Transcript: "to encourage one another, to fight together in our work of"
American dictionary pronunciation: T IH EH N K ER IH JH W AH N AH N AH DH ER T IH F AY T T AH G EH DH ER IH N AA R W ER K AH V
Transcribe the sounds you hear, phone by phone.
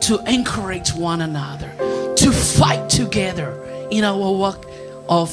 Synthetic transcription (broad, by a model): T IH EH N K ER IH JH W AH N AH N AH DH ER T IH F AY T T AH G EH DH ER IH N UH W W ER AH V